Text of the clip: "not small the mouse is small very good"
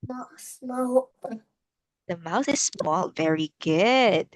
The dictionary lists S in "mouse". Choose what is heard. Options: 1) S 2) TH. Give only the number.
2